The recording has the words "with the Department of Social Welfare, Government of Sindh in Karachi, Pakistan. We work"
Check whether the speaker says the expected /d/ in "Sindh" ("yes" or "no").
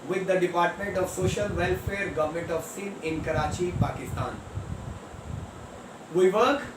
no